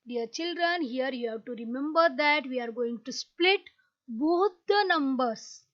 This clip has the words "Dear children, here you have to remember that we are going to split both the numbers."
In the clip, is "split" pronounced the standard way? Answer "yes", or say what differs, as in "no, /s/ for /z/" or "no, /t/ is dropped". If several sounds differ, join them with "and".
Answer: yes